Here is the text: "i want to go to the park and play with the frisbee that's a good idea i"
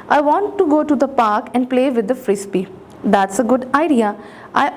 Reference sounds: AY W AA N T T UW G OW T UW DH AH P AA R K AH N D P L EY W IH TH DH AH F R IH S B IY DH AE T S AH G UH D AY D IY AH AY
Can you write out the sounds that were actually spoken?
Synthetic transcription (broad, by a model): AY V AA N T T UW G OW T UW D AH P AA R K AH N D P L EY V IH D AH F R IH S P IY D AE T S AH G UH D AY D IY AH AY